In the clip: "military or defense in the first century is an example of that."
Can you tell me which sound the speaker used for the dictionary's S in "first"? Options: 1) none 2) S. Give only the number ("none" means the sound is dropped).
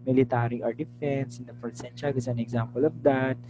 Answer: 1